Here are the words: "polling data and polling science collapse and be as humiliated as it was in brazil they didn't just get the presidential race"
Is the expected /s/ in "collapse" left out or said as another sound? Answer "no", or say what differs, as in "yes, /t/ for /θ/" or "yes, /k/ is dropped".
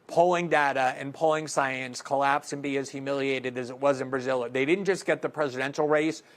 no